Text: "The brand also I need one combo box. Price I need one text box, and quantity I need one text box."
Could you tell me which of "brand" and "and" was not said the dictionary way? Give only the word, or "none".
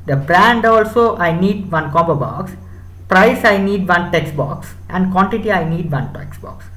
none